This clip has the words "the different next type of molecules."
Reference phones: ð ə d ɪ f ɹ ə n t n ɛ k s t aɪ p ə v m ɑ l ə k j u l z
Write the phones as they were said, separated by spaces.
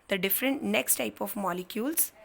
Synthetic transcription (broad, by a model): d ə d ɪ f ɹ ə n t n ɛ k s t aɪ p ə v m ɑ l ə k j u l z